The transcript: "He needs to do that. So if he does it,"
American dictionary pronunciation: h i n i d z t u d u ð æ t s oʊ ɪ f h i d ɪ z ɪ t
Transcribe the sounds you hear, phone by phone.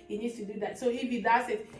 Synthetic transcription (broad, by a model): h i n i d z t u d u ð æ t s oʊ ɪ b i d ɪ s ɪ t